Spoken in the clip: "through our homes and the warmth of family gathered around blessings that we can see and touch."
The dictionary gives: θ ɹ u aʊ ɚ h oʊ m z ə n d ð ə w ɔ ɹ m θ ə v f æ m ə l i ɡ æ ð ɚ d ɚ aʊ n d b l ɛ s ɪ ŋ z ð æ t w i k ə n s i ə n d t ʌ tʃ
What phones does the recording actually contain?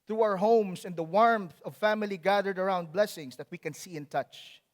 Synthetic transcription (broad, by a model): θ ɹ u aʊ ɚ h oʊ m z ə n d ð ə w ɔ ɹ m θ ə v f æ m ə l i ɡ æ ð ɚ d ɚ aʊ n d b l ɛ s ɪ ŋ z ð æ t w i k ə n s i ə n t ʌ tʃ